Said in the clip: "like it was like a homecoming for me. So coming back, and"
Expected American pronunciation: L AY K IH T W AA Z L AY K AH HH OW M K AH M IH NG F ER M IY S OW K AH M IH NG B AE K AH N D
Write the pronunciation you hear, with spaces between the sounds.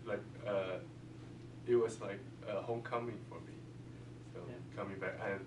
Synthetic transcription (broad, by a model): L AY K IH T W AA S L AY K AH HH OW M K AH M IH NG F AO M IY S OW K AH M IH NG B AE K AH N